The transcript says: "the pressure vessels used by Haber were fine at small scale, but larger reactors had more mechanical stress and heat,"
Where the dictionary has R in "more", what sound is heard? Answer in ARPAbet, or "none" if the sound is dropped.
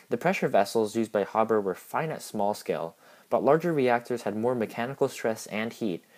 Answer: R